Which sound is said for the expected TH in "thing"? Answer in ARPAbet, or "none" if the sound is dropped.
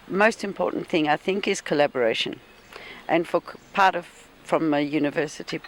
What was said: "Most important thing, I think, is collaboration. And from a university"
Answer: TH